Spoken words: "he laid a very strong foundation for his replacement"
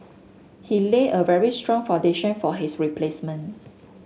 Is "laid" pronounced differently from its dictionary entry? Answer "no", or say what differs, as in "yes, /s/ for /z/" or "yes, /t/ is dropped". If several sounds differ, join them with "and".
yes, /d/ is dropped